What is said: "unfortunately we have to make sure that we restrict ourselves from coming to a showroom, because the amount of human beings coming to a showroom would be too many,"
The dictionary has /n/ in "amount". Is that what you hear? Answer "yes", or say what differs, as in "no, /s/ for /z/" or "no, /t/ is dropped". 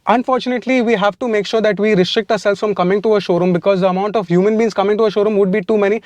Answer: yes